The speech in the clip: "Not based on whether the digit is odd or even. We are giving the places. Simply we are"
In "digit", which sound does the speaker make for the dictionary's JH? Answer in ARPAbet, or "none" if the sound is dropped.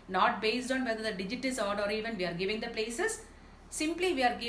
JH